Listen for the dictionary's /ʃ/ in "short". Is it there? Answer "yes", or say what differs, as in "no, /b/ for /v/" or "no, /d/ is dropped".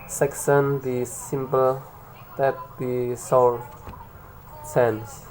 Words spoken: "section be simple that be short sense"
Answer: no, /s/ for /ʃ/